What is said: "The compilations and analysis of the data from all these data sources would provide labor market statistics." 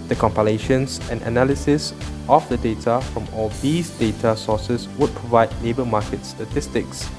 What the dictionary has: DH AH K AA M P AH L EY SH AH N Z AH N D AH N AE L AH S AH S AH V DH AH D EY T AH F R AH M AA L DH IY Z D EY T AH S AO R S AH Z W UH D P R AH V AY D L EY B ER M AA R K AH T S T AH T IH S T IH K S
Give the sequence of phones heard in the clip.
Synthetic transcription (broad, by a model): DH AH K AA M P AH L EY SH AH N S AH N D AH N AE L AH S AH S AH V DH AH D EY T AH F R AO M AA L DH IY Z D EY T AH S AO S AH S W UH D P R AH V AY D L EY B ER M AA K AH T S T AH T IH S T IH K S